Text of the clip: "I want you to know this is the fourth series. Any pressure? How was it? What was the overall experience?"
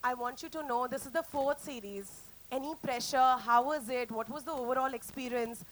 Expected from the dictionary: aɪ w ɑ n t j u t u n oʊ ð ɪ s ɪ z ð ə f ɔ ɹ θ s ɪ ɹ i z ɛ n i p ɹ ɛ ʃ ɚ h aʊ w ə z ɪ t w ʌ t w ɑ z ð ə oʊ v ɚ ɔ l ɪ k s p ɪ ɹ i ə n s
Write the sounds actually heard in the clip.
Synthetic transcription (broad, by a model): aɪ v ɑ n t j u t u n oʊ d ɪ s ɪ z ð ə f ɔ ɹ t s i ɹ i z ɛ n i p ɹ ɛ ʃ ɚ h aʊ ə z ɪ t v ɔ t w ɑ z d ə oʊ v ɚ ɔ l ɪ k s p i ɹ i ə n s